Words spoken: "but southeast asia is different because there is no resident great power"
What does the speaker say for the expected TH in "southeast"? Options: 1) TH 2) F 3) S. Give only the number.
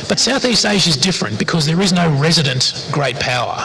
1